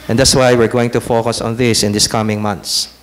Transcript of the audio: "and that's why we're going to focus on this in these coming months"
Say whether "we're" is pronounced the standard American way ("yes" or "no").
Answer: yes